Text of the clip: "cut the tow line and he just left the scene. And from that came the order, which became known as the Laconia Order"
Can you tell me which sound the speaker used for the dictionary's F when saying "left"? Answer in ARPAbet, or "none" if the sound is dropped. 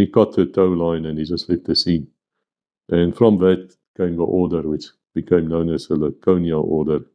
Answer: none